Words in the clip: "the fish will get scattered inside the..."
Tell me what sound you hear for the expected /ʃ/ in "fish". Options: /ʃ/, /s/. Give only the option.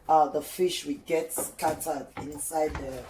/ʃ/